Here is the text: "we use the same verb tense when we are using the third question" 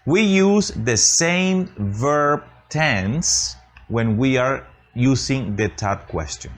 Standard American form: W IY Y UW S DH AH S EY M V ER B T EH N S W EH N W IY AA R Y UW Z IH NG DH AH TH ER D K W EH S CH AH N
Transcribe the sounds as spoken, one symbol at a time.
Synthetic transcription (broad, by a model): W IY Y UW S DH AH S EY M V ER B T EH N S W EH N W IY AA R Y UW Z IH NG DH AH T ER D K W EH S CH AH N